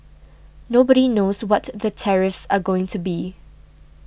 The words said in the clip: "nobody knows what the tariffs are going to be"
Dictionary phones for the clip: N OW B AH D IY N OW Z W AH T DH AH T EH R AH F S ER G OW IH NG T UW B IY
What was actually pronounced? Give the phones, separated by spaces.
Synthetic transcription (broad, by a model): N OW B AH D IY N OW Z W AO T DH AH T EH R AH F S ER G OW IH NG T UW B IY